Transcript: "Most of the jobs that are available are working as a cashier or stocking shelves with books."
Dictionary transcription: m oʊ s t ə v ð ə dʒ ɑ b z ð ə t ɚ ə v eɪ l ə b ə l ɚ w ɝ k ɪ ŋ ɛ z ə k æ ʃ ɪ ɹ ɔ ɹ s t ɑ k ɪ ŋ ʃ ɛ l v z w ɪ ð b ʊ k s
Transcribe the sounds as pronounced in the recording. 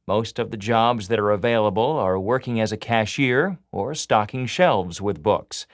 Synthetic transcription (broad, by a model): m oʊ s t ə v ð ə dʒ ɑ b z ð ə t ɚ ə v eɪ l ə b ə l ɚ w ɝ k ɪ ŋ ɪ z ə k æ ʃ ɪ ɹ ɔ ɹ s t ɑ k ɪ ŋ ʃ ɛ l v z w ɪ ð b ʊ k s